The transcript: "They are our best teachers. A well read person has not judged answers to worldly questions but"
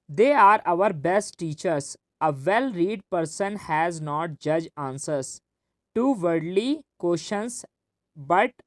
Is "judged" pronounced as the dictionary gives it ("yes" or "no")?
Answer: no